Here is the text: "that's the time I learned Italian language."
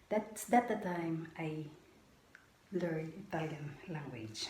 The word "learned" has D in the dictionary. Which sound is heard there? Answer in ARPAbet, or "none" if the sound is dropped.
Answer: none